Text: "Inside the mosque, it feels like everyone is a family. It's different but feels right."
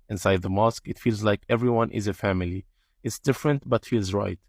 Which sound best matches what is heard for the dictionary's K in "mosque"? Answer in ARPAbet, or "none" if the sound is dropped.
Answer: K